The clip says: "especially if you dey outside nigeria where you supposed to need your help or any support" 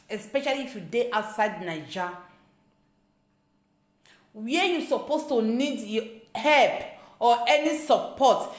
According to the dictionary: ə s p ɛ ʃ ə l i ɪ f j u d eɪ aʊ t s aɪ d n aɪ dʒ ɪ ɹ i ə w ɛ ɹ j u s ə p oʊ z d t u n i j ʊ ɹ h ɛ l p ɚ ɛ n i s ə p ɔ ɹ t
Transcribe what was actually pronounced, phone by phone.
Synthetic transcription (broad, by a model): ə s p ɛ ʃ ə l i f j u d eɪ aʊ t s aɪ d n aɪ dʒ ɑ w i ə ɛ j u s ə p oʊ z t u n i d h ɛ l p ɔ ɛ n i s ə p ɔ t